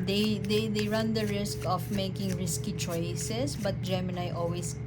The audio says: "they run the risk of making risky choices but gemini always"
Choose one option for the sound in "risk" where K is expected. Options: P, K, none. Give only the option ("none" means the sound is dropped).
K